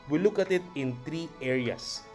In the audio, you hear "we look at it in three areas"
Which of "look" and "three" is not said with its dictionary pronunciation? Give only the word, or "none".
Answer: three